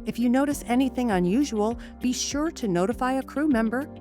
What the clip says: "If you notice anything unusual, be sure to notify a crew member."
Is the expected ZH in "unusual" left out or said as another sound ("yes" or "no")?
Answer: no